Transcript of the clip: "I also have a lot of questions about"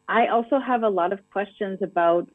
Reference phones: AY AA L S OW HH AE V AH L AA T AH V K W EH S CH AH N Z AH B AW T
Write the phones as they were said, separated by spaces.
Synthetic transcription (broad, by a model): AY AA L S OW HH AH V AH L AA T AH V K W EH S CH AH N Z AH B AW T